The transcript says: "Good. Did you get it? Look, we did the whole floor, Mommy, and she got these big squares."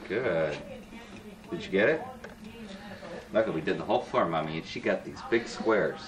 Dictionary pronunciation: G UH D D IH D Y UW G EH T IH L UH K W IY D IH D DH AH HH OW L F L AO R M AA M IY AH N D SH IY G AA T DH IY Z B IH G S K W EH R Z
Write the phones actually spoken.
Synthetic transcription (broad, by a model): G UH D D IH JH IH G EH T IH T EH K W IY D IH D DH AH HH OW L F AO R M AA M IY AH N SH IY G AA T DH IY Z B IH G S K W EH R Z